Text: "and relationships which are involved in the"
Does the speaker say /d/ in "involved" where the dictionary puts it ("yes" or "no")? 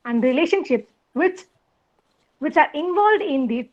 yes